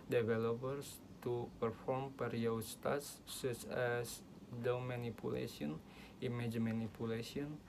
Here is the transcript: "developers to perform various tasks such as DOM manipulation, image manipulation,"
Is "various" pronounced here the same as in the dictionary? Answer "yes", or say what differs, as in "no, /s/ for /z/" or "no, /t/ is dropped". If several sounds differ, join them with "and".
no, /p/ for /v/